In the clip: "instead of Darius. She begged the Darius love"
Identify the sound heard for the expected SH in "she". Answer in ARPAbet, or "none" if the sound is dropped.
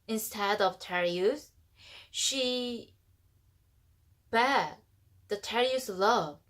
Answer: SH